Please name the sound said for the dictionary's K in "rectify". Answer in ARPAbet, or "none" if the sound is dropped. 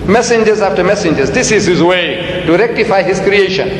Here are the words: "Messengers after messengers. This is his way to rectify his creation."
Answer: K